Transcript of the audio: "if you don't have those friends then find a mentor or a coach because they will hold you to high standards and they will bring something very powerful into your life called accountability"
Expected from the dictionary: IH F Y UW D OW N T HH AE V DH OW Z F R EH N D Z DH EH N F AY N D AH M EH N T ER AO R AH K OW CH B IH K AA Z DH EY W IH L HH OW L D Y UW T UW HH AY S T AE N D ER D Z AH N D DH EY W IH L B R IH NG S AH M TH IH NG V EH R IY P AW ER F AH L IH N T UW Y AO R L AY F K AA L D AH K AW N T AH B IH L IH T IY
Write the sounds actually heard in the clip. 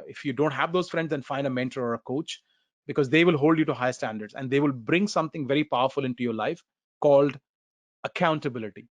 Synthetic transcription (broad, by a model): IH F Y UW D OW N T HH AE V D OW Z F R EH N D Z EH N F AY N D AH M EH N T ER AO R AH K OW CH B IH K AA Z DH EY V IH L HH OW L D Y UW T UW HH AY S T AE N D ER D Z AH N D EY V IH L B R IH NG S AH M T IH NG V EH R IY P AW ER F AH L IH N T UW Y AO R L AY F K AA L D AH K AW N T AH B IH L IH T IY